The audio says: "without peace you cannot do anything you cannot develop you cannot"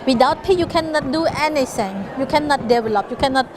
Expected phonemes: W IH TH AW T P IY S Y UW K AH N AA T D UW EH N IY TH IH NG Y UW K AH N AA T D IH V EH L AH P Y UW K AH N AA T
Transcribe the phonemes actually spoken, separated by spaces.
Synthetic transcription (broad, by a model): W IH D AW T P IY Y UW K AH N AA T D UW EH N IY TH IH NG Y UW K AH N AA T D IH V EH L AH P Y UW K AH N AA T